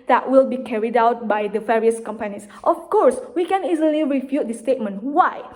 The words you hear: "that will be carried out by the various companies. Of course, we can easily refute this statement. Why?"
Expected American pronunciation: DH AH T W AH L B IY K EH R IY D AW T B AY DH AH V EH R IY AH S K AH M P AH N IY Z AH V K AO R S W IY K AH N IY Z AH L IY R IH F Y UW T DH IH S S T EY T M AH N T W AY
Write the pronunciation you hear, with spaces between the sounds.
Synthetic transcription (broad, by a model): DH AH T W AH L B IY K EH R IY D AW T B AY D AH V EH R IY AH S K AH M P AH N IY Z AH F K AO R S W IY K AH N IY Z AH L IY R IH F Y UW T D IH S S T EY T M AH N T W AY